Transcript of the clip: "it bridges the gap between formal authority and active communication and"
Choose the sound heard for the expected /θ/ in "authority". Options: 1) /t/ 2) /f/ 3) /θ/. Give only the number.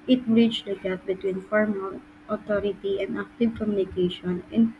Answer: 1